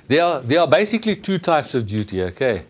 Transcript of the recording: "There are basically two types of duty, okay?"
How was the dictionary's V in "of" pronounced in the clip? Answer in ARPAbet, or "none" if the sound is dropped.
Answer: V